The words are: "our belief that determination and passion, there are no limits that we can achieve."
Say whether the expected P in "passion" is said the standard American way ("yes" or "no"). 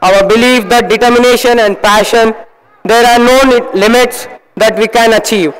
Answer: yes